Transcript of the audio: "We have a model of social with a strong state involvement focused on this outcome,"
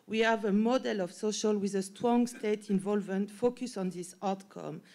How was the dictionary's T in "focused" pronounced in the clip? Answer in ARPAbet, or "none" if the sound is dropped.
none